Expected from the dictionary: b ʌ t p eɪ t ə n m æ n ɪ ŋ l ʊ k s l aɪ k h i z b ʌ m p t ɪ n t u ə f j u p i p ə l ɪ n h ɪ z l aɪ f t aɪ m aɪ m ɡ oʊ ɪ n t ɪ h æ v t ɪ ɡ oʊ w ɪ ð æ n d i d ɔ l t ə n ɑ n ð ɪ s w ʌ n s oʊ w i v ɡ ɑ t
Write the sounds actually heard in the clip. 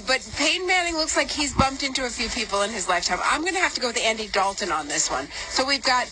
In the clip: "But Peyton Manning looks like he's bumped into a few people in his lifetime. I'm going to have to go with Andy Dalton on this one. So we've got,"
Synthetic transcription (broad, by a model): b ʌ t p eɪ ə n m æ n ɪ ŋ l ʊ k s l aɪ k h i z b ʌ m p t ɪ n t u ə f j u p i p l ɪ n ɪ z l aɪ f t aɪ m aɪ m ɡ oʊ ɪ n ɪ h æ f t ɪ ɡ oʊ w ɪ ð æ n d i d ɔ l t ə n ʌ n ð ɪ s w ʌ n s oʊ w i v ɡ ɑ t